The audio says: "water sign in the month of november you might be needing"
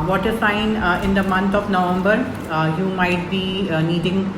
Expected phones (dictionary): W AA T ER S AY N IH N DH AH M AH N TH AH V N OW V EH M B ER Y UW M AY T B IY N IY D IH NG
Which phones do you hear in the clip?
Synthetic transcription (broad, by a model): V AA T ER S AY N IH N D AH M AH N T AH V N OW V EH M B ER Y UW M AY T B IY N IY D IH NG